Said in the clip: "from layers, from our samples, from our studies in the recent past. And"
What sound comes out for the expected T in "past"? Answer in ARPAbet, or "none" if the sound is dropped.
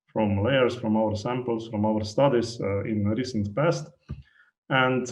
T